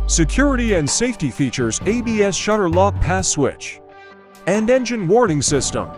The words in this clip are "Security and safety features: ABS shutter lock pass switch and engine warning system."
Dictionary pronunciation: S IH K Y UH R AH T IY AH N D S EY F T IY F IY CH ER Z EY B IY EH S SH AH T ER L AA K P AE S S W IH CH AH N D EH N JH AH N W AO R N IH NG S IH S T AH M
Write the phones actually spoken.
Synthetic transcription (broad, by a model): S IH K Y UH R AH T IY AH N D S EY F T IY F IY CH ER Z EY B IY EH S SH AH T ER L AA K P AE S S W IH CH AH N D EH N JH AH N W AO R N IH NG S IH S T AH M